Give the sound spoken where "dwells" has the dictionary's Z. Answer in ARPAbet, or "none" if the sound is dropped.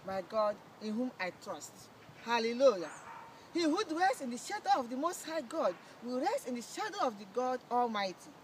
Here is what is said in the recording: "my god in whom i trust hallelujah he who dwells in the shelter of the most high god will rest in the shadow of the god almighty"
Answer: S